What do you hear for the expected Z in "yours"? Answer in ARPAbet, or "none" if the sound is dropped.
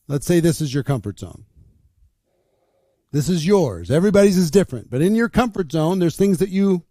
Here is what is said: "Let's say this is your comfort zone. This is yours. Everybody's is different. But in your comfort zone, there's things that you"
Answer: Z